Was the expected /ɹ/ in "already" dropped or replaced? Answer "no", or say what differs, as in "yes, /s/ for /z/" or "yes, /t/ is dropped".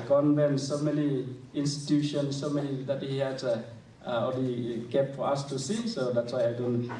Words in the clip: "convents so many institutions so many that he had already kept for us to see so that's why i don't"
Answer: yes, /ɹ/ is dropped